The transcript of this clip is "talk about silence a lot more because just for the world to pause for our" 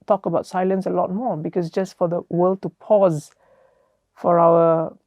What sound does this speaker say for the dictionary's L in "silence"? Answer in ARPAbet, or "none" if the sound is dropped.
L